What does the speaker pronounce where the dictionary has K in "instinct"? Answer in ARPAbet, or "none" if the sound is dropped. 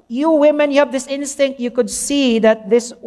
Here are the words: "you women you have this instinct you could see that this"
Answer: K